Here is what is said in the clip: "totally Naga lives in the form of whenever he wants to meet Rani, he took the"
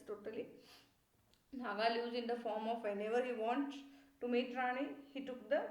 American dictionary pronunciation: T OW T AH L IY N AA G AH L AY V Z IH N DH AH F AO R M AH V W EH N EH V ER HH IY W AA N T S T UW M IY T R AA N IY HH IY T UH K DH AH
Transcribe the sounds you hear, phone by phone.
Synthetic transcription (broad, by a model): T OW T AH L IY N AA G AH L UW Z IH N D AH F AO R M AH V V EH N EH V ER HH IY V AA N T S T UW M IY T R AA N IY HH IY T UH K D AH